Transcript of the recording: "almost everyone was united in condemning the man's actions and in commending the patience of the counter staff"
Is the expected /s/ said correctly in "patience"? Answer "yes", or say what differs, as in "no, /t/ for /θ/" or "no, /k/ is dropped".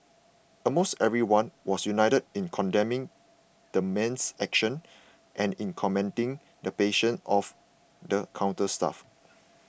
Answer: no, /s/ is dropped